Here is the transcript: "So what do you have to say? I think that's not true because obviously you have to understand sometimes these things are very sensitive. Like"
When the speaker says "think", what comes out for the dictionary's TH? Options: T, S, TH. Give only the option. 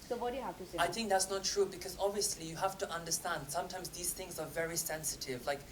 TH